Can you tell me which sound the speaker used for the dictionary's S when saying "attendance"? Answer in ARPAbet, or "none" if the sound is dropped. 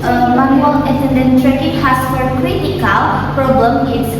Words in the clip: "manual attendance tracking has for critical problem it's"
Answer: none